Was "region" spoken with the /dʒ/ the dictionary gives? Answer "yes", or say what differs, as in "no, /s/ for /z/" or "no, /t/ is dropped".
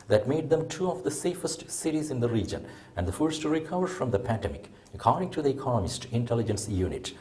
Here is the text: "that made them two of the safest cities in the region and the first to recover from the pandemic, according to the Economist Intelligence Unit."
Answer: yes